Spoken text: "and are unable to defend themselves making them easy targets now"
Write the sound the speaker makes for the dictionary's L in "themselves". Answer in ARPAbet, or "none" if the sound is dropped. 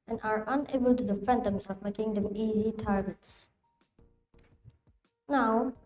none